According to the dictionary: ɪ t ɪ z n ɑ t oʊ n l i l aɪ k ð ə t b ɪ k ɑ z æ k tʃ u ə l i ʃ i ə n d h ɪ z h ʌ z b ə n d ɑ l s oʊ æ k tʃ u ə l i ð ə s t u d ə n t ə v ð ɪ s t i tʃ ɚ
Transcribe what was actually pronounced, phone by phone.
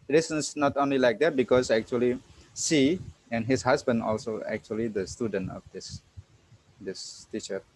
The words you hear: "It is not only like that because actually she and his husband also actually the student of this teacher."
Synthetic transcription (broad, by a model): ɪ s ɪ s n ɑ t oʊ n l i l aɪ k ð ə t b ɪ k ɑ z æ k tʃ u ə l i s i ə n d h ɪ s h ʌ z b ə n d ɑ l s oʊ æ k tʃ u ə l i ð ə s t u d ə n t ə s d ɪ s t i tʃ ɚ